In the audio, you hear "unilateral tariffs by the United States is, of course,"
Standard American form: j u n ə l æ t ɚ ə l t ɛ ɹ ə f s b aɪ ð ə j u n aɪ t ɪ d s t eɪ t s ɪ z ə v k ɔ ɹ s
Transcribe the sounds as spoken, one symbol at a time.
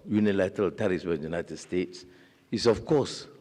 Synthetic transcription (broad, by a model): j u n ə l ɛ t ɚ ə l t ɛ ɹ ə s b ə j u n aɪ t ɪ d s t eɪ t s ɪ s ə f k ɔ s